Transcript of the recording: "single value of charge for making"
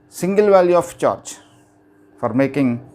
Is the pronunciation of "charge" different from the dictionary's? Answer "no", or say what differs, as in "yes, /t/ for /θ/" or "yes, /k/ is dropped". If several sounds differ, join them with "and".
yes, /tʃ/ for /dʒ/